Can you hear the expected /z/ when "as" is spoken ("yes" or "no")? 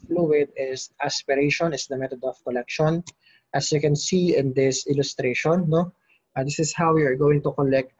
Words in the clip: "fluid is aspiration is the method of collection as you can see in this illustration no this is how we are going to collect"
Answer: no